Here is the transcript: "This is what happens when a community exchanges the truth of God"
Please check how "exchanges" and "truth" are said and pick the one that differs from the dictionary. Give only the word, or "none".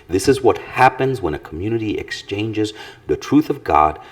none